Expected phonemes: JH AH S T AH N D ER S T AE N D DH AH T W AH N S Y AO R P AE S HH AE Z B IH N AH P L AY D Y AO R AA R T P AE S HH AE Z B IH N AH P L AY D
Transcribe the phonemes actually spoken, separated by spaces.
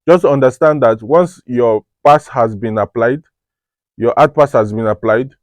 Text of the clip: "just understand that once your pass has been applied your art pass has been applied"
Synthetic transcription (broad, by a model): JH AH S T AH N D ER S T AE N D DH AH T W AH N S Y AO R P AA S HH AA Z B IH N AH P L AY D Y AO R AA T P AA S HH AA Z B IH N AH P L AY D